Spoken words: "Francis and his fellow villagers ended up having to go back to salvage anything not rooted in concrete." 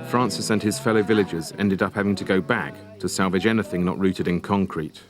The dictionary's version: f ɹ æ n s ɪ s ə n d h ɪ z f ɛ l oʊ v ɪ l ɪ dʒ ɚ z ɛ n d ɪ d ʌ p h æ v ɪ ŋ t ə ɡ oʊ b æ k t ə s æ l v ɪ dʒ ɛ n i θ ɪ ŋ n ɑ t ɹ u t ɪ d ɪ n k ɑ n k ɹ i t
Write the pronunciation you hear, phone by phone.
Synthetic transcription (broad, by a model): f ɹ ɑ n s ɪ s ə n ɪ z f ɛ l oʊ v ɪ l ɪ dʒ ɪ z ɛ n d ɪ d ʌ p h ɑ v ɪ ŋ t ə ɡ oʊ b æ k t ə s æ l v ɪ dʒ ɛ n i θ ɪ ŋ n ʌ t ɹ u t ɪ d ɪ n k ɑ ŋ k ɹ i t